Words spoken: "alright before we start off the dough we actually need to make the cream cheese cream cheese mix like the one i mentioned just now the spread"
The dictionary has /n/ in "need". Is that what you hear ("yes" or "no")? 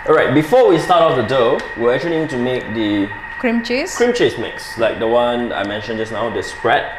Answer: no